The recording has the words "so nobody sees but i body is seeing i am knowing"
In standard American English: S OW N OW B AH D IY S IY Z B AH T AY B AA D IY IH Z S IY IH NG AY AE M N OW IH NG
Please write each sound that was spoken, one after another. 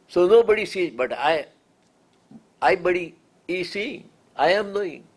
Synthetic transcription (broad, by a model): S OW N OW B AH D IY S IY B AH T AY B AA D IY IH S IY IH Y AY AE M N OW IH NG